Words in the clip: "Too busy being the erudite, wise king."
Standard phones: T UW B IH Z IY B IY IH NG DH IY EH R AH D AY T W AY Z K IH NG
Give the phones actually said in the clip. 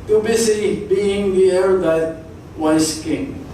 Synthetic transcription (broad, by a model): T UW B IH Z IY B IY IH NG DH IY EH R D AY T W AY S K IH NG